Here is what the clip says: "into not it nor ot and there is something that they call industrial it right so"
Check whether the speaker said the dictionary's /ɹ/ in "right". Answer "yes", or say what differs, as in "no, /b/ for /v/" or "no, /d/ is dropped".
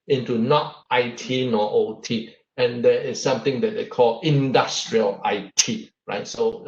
yes